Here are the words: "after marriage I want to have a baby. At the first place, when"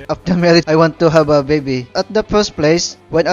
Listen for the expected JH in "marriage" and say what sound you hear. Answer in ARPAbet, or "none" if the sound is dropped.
none